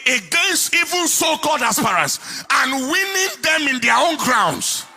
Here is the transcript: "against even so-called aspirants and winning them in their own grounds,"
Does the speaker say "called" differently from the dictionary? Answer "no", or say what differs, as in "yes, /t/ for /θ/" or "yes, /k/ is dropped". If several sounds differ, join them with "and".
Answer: yes, /l/ is dropped